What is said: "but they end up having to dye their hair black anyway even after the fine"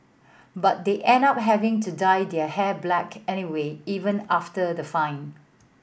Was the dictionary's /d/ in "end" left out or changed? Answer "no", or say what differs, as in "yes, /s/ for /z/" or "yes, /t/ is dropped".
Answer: yes, /d/ is dropped